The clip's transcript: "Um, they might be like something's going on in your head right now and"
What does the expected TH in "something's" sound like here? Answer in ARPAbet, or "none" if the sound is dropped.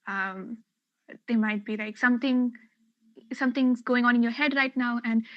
S